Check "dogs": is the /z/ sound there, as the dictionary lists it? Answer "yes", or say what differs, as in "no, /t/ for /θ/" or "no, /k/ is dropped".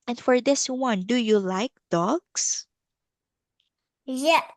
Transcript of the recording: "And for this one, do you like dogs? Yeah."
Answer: no, /s/ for /z/